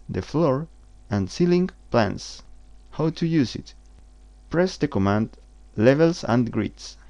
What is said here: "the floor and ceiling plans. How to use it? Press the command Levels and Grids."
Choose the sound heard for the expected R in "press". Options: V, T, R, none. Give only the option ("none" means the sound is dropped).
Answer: R